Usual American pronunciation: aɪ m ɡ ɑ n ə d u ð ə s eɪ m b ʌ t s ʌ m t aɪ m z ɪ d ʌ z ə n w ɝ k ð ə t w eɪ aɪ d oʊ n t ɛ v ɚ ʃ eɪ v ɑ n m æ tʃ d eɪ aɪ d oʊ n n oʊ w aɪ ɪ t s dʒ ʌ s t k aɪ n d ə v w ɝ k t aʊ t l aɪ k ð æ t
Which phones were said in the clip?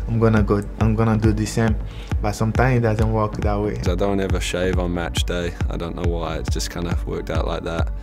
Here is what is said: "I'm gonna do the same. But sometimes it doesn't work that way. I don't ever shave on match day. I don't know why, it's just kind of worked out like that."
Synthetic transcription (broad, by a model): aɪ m ɡ ɑ n ə d u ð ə s eɪ m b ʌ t s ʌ m t aɪ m ɪ d ʌ z ə n w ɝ k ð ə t w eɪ aɪ d oʊ n t ɛ v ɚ ʃ eɪ v n m æ tʃ d eɪ aɪ d oʊ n n oʊ w aɪ ɪ t s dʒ ʌ s k aɪ n d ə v w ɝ k t aʊ t l aɪ k ð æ t